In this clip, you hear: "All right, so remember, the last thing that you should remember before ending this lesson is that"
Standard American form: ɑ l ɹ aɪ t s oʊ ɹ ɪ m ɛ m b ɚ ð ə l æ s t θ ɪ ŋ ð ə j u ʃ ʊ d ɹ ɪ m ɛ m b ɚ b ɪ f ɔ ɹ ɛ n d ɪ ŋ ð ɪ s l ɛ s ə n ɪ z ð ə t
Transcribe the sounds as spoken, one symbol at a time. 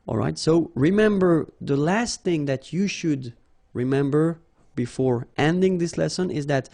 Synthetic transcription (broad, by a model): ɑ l ɹ aɪ t s oʊ ɹ ɪ m ɛ m b ɚ ð ə l æ s t θ ɪ ŋ ð ə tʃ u ʃ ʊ d ɹ ɪ m ɛ m b ɚ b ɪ f ɔ ɹ ɛ n d ɪ ŋ ð ɪ s l ɛ s ə n ɪ z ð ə t